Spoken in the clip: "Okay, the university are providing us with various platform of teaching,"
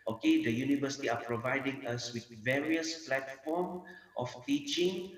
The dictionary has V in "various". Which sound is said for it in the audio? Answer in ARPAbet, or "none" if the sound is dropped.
V